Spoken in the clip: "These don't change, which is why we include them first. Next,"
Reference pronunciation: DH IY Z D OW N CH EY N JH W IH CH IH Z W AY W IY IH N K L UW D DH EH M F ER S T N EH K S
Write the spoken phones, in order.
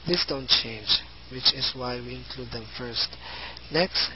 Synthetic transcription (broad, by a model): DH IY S D OW N CH EY N JH W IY CH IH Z W AY W IY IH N K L UW D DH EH M F ER S T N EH K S